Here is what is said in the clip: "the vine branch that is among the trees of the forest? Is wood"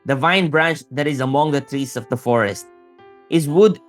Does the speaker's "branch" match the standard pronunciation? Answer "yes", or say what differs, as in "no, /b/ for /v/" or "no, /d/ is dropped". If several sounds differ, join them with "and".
yes